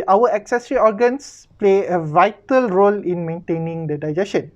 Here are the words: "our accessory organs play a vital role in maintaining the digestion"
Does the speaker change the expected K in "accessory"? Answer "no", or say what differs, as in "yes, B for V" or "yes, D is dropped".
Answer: no